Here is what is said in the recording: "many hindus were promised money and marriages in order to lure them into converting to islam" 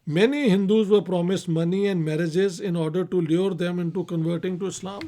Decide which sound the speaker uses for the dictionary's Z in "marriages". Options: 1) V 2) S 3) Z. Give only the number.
3